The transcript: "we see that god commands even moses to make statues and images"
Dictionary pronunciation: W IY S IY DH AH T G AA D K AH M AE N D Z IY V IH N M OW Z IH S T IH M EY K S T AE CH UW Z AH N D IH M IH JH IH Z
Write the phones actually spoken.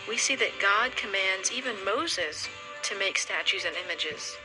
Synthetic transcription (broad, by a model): W IY S IY DH AH T G AA D K AH M AE N D Z IY V IH N M OW Z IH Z T IH M EY K S T AE CH UW Z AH N IH M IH JH IH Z